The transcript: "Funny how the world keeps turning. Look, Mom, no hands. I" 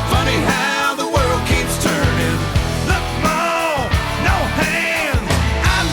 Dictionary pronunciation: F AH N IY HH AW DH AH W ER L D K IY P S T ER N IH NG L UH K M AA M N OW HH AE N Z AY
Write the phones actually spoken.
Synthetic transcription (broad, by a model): F AH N IY HH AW DH AH W ER L D K IY P S T ER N IH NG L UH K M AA N OW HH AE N AY